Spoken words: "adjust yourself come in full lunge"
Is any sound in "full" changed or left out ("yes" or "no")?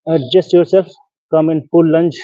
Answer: yes